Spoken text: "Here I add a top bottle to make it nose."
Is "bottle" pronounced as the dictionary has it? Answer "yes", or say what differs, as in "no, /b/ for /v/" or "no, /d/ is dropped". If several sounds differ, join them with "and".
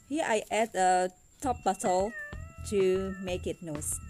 no, /s/ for /t/